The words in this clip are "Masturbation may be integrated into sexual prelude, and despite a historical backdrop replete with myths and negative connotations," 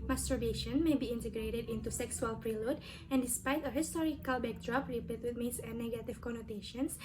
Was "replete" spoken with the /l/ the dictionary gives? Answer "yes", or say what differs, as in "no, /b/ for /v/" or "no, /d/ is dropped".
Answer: no, /l/ is dropped